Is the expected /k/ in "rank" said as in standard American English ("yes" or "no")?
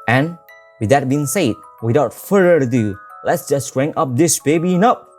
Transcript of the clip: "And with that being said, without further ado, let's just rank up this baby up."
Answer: no